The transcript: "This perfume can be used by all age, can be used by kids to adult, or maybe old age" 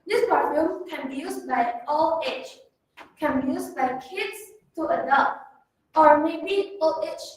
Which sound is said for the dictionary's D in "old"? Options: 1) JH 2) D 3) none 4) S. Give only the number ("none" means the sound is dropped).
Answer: 3